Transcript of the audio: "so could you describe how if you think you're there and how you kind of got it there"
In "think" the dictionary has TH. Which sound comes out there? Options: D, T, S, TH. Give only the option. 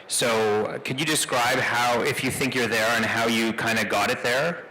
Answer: TH